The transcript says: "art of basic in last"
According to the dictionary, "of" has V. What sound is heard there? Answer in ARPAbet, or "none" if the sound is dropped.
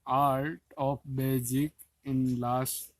P